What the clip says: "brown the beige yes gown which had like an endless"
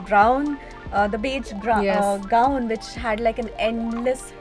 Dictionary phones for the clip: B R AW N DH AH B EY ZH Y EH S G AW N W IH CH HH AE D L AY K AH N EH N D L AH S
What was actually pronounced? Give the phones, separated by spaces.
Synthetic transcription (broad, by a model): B R AW N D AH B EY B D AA G AW N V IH CH HH AE D L AY K AH N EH N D L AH S